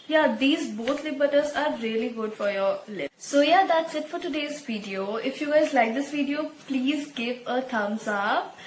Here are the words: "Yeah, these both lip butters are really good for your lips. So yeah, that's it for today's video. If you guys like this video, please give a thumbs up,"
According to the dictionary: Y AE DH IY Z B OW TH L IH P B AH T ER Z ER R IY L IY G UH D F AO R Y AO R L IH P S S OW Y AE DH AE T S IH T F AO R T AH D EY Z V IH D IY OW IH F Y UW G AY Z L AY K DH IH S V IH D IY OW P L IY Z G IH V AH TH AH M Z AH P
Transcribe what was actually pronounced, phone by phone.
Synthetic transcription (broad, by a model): Y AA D IY Z B OW T L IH B AH T ER Z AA R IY L IY G UH D F AO R Y AO R L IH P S S OW Y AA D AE T S IH T F AO R T AH D EY Z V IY D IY OW IH F Y UW G AY Z L AY K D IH S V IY D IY OW P L IY Z G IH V AH T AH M S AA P